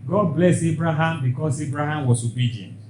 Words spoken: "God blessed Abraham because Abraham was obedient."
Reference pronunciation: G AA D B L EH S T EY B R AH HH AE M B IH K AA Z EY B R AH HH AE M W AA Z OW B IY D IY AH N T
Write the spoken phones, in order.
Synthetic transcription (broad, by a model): G AA D B L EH S EY B R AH HH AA M B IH K AA S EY B R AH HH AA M W AA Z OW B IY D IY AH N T